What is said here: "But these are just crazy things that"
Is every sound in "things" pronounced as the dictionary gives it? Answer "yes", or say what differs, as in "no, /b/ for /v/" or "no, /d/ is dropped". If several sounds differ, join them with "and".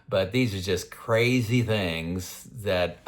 yes